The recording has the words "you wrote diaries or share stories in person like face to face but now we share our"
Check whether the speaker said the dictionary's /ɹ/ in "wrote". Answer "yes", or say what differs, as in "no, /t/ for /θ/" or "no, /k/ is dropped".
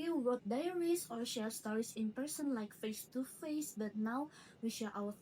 no, /w/ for /ɹ/